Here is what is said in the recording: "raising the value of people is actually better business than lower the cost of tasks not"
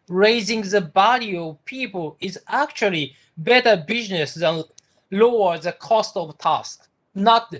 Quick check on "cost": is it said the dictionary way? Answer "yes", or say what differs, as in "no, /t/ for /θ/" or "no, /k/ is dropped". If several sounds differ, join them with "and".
yes